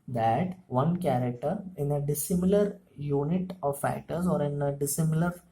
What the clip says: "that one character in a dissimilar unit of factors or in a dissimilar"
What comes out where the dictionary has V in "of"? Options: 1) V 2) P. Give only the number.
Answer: 1